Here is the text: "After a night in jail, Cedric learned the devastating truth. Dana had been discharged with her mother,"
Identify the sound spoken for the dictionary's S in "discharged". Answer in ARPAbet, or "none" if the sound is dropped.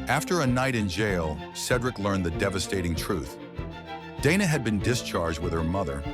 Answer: S